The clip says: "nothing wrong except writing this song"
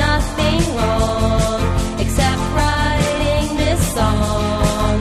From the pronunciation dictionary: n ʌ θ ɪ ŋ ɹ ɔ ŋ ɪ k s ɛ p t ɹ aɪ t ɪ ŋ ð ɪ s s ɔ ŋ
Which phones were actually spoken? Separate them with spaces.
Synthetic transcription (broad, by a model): ʌ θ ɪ ŋ l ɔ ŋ ɪ k s ɛ p t ɹ aɪ t ɪ ŋ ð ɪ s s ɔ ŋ